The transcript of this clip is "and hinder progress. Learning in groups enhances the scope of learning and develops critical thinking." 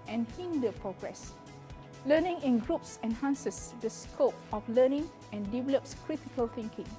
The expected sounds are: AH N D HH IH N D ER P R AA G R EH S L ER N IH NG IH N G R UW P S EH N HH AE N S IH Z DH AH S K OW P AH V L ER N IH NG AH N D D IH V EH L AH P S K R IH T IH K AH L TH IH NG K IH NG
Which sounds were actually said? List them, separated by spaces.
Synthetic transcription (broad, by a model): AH N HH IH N D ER P R AA G R EH S L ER N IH NG IH N G R UW P S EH N HH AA N S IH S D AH S K OW P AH F L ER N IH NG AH N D D IH V EH L AH P S K R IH T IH K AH L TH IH NG K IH NG